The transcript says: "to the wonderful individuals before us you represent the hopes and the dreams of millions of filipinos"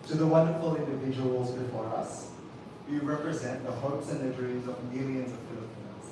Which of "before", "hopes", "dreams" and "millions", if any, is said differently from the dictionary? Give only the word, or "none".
none